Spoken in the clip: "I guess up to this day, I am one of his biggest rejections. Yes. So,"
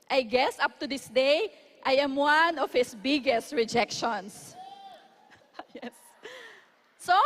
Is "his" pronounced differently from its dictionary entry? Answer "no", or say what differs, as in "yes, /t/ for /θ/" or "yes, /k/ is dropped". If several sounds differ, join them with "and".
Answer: yes, /s/ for /z/